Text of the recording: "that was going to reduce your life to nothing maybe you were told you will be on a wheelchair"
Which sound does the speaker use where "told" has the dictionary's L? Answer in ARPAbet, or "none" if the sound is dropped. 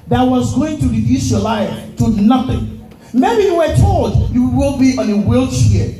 L